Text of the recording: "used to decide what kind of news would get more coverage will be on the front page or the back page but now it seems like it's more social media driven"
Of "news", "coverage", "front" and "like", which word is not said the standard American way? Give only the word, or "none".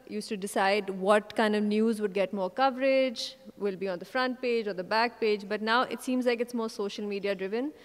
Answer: none